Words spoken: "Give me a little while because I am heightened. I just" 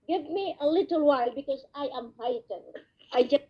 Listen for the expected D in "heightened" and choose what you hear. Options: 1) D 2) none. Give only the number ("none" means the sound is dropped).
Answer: 2